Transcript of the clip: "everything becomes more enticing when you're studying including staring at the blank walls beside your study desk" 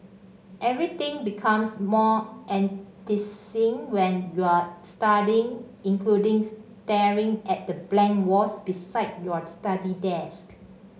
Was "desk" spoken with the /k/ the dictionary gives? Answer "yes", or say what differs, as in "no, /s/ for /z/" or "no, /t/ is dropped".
yes